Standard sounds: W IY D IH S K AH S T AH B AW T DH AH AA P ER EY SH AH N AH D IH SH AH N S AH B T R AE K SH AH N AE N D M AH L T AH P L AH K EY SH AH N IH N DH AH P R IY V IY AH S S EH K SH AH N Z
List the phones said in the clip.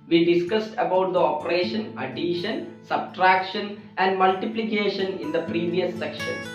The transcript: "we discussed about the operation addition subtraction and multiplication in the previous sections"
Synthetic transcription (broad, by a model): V IY D IH S K AH S T AH B AW T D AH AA P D EY SH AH N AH D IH SH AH N S AH B T R AE K SH AH N AE N D M AH L T AH P L AH K EY SH AH N IH N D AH P R IY V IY AH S S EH K SH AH N